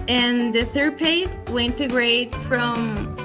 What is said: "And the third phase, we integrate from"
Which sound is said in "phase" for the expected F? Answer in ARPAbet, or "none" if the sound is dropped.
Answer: P